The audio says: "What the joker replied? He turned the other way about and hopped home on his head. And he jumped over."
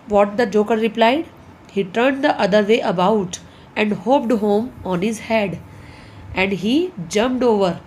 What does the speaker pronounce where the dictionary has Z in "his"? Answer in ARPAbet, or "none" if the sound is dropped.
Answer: Z